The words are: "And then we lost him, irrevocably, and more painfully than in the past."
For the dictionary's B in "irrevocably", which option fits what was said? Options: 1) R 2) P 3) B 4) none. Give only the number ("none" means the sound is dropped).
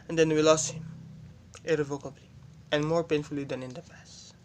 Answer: 3